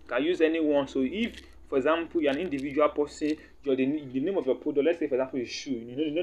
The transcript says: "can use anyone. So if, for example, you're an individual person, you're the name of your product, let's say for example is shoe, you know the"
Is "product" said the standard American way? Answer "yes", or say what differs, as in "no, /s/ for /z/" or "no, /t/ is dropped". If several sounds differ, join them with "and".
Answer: no, /ɹ/ is dropped